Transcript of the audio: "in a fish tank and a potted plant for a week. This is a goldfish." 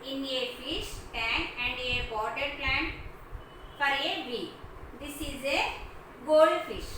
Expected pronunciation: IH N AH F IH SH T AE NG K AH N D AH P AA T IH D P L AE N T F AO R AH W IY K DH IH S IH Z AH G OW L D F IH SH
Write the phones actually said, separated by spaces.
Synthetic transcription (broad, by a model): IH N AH F IH SH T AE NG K AH N D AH B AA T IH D P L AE N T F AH R AH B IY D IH S IH Z AH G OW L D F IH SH